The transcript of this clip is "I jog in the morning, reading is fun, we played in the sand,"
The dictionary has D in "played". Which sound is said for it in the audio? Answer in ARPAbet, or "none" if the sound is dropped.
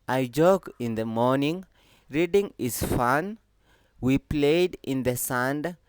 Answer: D